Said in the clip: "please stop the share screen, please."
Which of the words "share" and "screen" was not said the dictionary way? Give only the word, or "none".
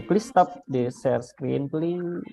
share